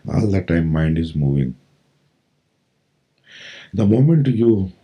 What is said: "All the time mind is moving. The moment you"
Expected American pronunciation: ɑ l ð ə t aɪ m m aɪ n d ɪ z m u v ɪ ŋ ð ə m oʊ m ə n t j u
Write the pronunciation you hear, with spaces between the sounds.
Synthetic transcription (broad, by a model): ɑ l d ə t aɪ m m aɪ n d ɪ z m u v ɪ ŋ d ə m oʊ m ə n t j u